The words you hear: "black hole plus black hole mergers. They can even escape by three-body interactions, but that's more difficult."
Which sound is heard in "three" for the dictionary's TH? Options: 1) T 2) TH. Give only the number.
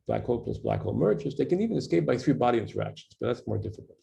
2